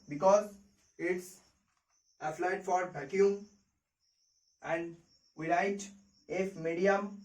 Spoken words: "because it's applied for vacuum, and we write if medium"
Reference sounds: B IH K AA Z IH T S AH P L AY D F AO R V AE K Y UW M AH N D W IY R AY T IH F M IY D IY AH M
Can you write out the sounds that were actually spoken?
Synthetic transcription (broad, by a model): B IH K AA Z IH T S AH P L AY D F AO R B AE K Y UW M AH N D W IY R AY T IH F M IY D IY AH M